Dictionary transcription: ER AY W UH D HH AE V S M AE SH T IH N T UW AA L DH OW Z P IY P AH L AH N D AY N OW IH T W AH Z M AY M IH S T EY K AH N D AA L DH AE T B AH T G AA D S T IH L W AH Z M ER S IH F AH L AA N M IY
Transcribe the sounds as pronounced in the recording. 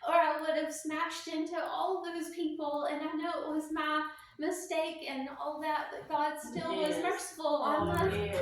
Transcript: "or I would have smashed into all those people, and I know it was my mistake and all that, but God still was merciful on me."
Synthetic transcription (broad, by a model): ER AY W UH D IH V S M AE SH T IH N T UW AA L DH OW Z P IY P L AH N AY N OW IH T W AH Z M AY M IH S T EY K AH N AA L DH AE T B AH T G AA D S T IH L W AH Z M ER S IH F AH L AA L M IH